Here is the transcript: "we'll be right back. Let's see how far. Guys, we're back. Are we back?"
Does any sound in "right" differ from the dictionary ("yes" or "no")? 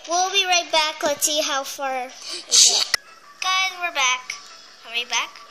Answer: no